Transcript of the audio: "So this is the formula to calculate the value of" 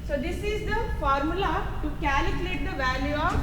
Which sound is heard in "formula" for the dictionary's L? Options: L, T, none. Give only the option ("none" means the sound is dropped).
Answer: L